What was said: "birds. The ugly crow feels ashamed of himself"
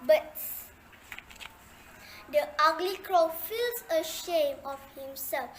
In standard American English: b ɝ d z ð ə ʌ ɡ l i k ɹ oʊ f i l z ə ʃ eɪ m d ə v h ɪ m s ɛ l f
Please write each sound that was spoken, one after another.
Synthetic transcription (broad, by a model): b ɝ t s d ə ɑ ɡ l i k ɹ oʊ f i l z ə ʃ eɪ m ə f h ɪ m s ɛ l f